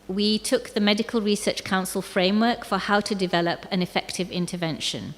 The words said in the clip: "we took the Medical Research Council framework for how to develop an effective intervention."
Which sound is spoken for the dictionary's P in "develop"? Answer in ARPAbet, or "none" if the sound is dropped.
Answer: P